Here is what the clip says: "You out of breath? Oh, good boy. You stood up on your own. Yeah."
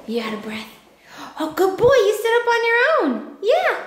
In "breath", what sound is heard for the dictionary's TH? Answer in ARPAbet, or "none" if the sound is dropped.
TH